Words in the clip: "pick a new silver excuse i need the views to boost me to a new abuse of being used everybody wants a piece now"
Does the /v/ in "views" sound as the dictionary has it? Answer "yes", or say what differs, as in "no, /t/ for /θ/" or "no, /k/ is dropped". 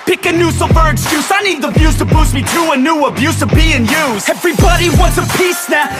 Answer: no, /b/ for /v/